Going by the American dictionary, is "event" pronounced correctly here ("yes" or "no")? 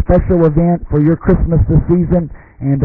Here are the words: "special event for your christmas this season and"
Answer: yes